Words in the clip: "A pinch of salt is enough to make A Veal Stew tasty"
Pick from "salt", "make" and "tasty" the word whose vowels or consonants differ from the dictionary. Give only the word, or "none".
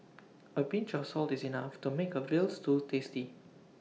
none